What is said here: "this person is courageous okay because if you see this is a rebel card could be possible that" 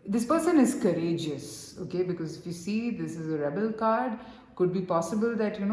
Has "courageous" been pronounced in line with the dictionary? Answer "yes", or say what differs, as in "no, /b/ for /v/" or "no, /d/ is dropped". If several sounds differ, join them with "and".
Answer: yes